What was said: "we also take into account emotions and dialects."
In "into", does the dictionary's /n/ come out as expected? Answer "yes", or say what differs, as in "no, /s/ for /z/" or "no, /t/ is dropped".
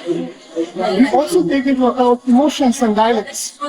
no, /n/ is dropped